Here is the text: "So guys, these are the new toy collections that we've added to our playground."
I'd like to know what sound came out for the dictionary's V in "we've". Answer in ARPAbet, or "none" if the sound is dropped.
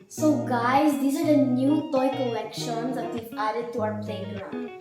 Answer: none